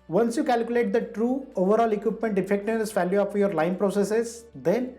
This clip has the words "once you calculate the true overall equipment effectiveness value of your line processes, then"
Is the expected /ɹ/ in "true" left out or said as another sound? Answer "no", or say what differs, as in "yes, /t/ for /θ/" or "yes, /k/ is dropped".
no